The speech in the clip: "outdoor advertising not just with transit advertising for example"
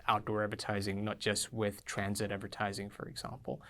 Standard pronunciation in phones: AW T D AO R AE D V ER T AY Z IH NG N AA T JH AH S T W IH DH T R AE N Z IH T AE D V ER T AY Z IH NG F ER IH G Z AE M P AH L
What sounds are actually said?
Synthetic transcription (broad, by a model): AW T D AO R AE D V ER T AY Z IH NG N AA T JH AH S T W IH DH T R AE N Z IH T AE D V ER T AY Z IH NG F ER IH G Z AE M P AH L